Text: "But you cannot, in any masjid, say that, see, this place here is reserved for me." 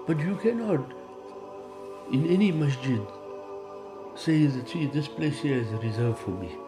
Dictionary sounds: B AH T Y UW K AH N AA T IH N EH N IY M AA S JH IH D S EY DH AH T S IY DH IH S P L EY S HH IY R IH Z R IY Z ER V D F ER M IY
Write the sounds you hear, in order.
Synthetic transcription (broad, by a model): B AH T Y UW K AH N AA T IH N EH N IY M AA S JH IH D S EY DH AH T S IY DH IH S P L EY S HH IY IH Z R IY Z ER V F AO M IY